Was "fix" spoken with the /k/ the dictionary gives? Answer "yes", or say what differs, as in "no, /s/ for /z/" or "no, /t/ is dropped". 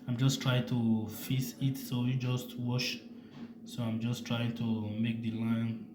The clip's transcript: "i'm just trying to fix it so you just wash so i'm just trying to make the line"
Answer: no, /k/ is dropped